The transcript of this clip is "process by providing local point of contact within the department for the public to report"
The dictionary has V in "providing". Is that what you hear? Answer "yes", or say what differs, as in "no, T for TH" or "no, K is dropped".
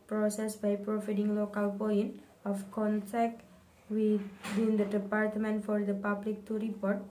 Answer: no, F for V